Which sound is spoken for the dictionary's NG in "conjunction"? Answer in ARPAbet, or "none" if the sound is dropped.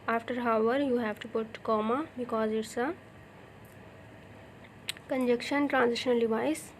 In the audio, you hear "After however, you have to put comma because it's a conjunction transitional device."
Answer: none